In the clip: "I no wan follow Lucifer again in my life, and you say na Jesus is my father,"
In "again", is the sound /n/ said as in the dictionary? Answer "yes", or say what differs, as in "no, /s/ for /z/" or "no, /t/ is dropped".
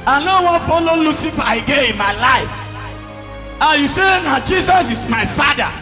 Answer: no, /n/ is dropped